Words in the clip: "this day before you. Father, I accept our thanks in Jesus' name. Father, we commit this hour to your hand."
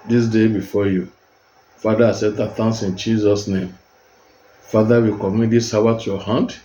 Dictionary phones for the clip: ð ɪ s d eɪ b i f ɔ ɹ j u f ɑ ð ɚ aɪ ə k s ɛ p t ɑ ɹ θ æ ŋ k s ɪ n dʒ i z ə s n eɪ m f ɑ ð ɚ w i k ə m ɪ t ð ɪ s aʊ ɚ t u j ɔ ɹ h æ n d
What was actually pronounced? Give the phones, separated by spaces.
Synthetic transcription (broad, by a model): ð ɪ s d eɪ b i f ɔ j u f ɑ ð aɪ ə s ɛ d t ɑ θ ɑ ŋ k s ɪ n dʒ i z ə s n eɪ m f ɑ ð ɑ w i k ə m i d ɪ s aʊ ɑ t u j ɔ h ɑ n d